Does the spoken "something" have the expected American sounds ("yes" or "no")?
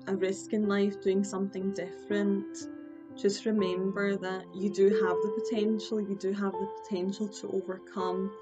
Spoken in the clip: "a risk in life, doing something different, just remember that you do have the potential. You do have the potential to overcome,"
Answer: yes